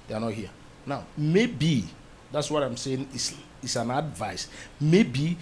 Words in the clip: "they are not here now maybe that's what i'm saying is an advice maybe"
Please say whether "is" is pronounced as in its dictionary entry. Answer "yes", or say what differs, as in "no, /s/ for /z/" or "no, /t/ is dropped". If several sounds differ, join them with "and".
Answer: no, /s/ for /z/